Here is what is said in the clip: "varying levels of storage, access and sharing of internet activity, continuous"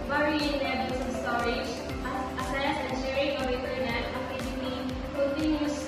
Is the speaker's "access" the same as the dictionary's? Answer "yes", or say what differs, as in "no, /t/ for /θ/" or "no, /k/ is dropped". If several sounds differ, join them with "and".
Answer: no, /k/ is dropped